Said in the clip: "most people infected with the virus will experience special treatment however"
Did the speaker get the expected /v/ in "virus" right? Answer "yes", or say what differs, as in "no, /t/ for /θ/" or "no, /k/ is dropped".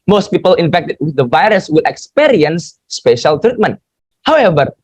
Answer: yes